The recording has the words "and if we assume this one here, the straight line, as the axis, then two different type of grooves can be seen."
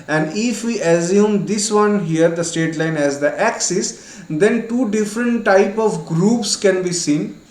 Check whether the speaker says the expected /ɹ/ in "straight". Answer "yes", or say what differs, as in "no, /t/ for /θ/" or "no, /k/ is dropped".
no, /ɹ/ is dropped